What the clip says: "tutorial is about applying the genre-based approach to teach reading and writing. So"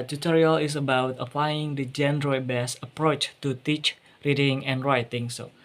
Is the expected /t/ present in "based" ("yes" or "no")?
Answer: no